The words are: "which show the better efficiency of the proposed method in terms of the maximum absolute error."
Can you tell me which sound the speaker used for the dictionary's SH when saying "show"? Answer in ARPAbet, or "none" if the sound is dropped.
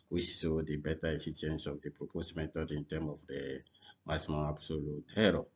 S